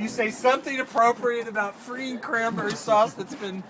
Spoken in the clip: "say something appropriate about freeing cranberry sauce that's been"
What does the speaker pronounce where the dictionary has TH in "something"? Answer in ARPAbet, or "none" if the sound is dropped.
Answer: TH